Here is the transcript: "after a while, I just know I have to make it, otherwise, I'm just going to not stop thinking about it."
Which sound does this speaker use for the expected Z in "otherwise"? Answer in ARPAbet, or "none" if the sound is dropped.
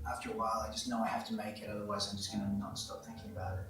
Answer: Z